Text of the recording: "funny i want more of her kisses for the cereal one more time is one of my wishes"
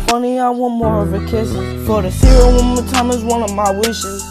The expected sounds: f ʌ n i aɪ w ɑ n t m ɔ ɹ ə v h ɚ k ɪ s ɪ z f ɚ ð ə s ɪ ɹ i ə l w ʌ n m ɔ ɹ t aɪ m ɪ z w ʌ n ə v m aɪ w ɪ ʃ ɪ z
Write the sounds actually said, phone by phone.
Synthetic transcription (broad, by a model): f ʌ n i aɪ w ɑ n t m ɔ ɹ ə v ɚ k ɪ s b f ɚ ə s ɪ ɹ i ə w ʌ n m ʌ t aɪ m ɪ z w ʌ n ə v m aɪ w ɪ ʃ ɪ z